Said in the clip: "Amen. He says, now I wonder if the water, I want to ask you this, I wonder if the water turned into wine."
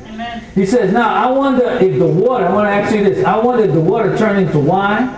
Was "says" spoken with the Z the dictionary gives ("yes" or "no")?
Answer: yes